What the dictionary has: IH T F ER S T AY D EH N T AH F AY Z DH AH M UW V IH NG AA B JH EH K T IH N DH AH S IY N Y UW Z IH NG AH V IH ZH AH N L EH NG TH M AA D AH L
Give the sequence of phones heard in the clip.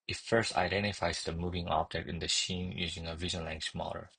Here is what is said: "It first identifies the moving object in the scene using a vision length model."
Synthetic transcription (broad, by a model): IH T F ER S T AY D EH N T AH F AY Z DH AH M UW V IH NG AA B JH EH K T IH N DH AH SH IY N Y UW Z IH NG AH V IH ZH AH N L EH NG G M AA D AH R